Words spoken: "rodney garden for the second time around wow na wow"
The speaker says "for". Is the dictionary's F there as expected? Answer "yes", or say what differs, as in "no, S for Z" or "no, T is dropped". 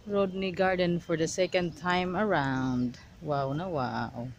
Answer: yes